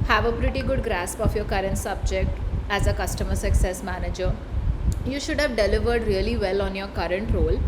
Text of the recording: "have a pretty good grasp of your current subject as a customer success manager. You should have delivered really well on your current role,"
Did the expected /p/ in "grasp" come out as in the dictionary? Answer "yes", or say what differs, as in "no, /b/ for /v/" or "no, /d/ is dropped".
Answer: yes